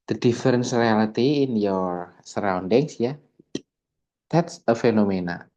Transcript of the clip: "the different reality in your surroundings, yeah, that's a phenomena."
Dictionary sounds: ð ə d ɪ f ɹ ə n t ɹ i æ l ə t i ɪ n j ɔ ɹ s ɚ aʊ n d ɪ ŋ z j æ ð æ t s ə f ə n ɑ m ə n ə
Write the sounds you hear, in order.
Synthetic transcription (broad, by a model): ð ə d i f ɹ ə n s ɹ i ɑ l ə t i ɪ n j ɔ ɹ s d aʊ n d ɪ ŋ s j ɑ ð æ t s ə f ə n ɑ m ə n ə